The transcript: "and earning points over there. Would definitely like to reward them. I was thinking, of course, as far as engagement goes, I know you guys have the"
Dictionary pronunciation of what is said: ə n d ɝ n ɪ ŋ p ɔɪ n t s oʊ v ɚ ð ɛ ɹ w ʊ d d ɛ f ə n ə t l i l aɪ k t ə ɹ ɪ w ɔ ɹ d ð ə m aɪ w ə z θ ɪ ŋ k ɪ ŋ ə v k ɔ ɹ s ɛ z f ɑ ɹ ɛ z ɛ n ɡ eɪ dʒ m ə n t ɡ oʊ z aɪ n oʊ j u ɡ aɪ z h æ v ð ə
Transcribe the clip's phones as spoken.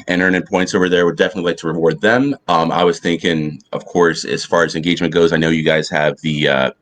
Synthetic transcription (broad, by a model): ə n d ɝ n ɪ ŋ p ɔɪ n t s oʊ v ɚ ð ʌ ɹ w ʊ d d ɛ f ə n ə t l i l aɪ k t ə ɹ ɪ w ɔ ɹ d ð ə m aɪ w ə z θ ɪ ŋ k ɪ ŋ ə v k ɔ ɹ s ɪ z f ɑ ɹ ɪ z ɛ n ɡ eɪ dʒ m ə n ɡ oʊ z aɪ n oʊ j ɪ ɡ aɪ z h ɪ v ð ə